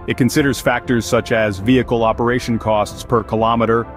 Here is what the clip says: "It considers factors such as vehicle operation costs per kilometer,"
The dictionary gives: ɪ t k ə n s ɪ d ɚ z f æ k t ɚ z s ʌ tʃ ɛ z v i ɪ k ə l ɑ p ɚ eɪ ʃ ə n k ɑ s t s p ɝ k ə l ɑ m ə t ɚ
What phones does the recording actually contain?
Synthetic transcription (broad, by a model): ɪ t k ə n s ɪ d ɚ z f æ k t ɚ z s ʌ tʃ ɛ z v i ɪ k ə l ɑ p ɚ eɪ ʃ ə n k ɑ s t s p ɝ k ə l ɑ m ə t ɚ